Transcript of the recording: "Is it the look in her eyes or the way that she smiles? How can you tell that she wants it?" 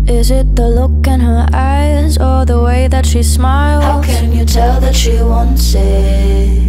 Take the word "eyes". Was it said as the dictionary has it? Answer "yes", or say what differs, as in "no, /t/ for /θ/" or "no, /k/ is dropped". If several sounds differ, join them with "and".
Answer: yes